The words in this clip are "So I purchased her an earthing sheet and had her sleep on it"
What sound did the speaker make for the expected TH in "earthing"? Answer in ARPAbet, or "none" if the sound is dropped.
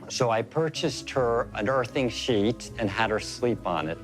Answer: TH